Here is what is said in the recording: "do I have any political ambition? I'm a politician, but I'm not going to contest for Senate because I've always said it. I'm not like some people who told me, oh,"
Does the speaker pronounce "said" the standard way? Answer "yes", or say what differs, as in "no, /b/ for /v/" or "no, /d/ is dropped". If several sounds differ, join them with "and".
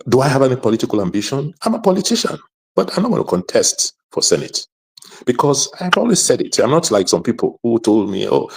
yes